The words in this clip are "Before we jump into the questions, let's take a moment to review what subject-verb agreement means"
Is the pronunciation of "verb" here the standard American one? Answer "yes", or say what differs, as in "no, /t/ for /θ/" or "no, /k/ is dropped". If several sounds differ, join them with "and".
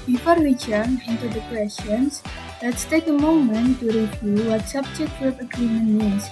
no, /w/ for /v/